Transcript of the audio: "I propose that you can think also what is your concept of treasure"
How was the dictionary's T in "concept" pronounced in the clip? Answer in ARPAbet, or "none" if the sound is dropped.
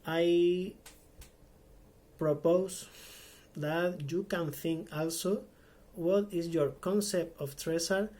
T